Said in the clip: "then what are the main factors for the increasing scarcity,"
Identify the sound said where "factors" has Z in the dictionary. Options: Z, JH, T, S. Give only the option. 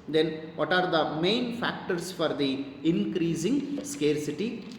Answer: S